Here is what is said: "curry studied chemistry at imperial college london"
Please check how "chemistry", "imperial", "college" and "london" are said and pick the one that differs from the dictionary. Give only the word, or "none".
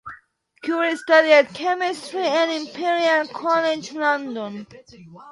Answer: imperial